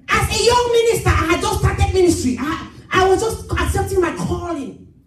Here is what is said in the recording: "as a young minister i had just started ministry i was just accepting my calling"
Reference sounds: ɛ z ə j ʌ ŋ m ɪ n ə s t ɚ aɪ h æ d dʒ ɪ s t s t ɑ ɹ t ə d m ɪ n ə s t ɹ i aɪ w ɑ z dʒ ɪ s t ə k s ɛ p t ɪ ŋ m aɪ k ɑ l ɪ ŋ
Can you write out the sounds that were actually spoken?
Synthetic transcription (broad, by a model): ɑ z ə j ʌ ŋ m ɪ n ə s t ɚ aɪ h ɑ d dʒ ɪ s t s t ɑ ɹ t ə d m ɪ n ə s t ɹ i aɪ w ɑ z dʒ ɪ s t ə k s ɛ p t ɪ ŋ m aɪ k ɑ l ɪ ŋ